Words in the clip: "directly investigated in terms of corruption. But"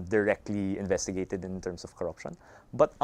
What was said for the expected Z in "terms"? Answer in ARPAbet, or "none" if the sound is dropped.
S